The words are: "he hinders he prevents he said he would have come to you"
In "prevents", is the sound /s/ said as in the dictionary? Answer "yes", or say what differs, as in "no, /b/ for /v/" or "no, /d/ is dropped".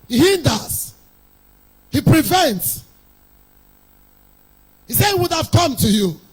yes